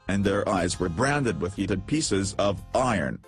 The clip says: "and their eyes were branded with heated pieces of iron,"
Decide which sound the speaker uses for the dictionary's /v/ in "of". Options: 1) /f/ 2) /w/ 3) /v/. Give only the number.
3